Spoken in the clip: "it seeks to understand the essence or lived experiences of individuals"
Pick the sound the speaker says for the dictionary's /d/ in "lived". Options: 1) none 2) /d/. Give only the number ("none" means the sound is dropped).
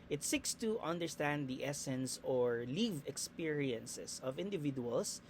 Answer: 1